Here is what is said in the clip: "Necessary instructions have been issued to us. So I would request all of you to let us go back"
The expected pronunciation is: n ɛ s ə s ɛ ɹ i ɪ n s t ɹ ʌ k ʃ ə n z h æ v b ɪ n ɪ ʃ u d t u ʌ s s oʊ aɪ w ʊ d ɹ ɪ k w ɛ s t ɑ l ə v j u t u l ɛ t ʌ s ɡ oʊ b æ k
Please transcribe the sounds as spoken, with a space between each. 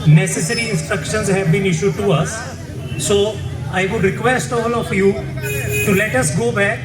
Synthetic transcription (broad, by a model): n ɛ s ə s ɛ ɹ i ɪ n s t ɹ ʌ k ʃ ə n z h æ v b ɪ n ɪ ʃ u d t u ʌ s s oʊ aɪ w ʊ d ɹ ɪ k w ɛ s t ɑ l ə f j u t u l ɛ t ʌ s ɡ oʊ b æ k